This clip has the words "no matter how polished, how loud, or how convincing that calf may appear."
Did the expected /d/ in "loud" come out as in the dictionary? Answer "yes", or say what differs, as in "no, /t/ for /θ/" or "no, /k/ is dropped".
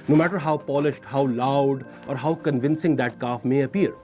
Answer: yes